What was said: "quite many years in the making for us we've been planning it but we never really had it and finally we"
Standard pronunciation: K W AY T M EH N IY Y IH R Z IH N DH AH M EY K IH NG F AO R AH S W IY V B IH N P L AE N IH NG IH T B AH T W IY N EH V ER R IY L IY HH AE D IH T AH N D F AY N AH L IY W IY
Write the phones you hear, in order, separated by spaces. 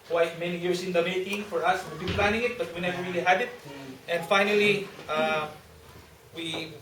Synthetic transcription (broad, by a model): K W AY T M EH N IY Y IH R S IH N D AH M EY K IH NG F AO R AH S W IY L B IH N P L AE N IH NG IH T B AH T W IY N EH V ER R IY L IY HH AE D IH T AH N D F AY N AH L IY W IY